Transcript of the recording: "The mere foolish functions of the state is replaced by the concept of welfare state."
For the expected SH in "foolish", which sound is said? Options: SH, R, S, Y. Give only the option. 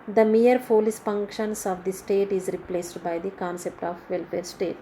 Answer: S